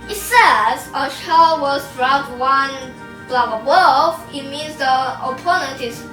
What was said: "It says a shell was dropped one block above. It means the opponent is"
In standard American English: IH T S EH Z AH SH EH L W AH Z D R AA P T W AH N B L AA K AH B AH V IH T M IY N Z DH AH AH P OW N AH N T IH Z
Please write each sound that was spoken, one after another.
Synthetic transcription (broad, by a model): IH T S EH Z AH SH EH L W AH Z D R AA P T W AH N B L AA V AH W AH F IH T M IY N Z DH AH AH P OW N AH N T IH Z